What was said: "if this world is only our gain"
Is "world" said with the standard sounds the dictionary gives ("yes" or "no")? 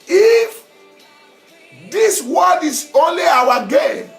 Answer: no